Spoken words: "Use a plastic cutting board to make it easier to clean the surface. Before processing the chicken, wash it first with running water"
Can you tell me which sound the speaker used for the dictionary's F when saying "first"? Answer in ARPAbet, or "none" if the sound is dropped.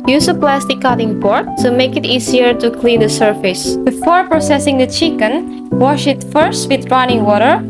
F